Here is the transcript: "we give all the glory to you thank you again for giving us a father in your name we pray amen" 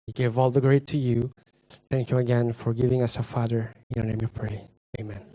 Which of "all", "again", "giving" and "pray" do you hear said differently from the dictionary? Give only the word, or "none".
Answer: none